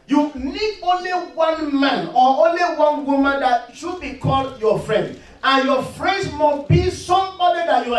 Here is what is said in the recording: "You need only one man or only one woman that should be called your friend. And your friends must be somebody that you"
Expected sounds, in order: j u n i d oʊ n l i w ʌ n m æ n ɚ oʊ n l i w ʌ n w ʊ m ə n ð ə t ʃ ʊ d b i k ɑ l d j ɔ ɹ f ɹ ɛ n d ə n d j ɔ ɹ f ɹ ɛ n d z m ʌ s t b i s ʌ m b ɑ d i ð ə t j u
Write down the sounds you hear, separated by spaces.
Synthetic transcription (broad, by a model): j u n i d oʊ n l i w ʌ n m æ n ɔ oʊ n l i w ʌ n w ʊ m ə n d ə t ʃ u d b i k ɑ l d j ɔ f ɹ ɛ n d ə n j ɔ f ɹ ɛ n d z m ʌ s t b i s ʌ m b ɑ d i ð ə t j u